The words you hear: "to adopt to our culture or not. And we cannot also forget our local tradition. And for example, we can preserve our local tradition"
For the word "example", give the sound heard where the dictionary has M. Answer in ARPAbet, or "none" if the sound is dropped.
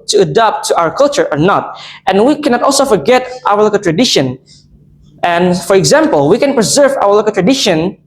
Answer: M